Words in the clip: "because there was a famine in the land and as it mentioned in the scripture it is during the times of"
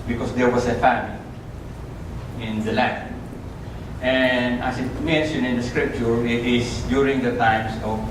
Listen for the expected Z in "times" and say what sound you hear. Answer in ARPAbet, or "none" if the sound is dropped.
S